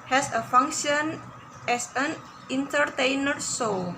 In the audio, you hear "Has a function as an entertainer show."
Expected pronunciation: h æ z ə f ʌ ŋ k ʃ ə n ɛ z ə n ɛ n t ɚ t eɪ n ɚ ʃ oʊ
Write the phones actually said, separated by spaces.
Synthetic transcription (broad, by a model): h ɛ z ə f ʌ ŋ k ʃ ə n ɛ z ə n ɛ n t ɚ t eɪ n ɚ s oʊ